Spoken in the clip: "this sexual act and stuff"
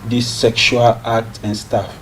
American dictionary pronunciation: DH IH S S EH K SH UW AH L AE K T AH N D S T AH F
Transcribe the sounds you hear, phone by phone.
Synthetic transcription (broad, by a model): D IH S S EH K SH UW AH L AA K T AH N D S T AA F